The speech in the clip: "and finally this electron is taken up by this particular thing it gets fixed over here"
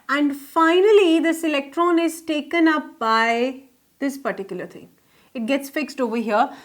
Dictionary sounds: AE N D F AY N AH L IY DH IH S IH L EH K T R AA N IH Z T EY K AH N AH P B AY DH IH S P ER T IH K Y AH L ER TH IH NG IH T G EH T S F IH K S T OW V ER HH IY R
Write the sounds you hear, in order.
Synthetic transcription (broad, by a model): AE N D F AY N AH L IY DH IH S IH L EH K T R AA N IH Z T EY K AH N AH P B AY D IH S P ER T IH K Y AH L ER T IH NG IH T G EH T S F IH K S T OW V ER HH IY R